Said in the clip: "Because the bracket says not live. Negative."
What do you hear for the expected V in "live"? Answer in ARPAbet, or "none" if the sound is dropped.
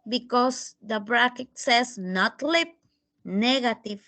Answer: P